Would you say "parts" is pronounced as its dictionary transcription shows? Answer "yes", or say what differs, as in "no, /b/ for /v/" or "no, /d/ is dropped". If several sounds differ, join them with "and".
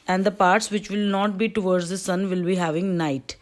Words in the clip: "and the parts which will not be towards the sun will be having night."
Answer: yes